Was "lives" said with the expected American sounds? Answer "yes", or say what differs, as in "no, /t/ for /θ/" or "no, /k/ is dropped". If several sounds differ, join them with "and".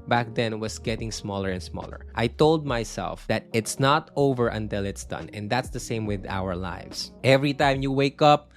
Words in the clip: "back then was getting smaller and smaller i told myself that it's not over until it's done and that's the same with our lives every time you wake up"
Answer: no, /s/ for /z/